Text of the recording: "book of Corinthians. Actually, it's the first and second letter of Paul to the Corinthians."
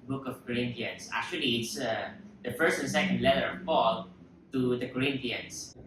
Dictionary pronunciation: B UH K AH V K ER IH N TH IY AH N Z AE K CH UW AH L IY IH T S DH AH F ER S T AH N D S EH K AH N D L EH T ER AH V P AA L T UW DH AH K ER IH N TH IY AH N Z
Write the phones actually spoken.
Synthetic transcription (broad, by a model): B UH K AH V K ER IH N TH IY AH N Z AE K CH UW AH L IY IH T S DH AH F ER S T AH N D S EH K AH N D L EH T ER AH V P AA L T UW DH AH K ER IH N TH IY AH N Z